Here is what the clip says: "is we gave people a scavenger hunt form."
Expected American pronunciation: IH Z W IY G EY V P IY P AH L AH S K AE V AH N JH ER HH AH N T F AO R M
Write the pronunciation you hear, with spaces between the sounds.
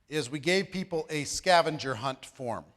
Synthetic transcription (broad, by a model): IH Z W IY G EY V P IY P L AH S K AE V AH N JH ER HH AH N T F AO R M